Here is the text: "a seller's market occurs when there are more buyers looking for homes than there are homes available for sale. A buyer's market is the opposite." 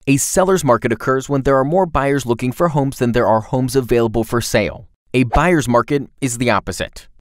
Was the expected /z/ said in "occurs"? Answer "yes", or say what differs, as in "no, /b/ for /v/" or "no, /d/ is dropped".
yes